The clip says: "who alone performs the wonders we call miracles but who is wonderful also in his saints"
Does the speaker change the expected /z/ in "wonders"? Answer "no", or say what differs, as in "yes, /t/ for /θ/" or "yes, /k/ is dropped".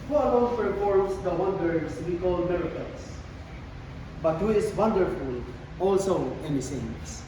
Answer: yes, /s/ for /z/